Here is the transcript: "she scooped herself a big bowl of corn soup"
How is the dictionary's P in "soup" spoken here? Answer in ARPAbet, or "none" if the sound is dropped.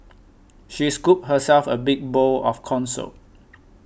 none